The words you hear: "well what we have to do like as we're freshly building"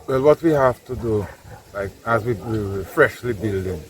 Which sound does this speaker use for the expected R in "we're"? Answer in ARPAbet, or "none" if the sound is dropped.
W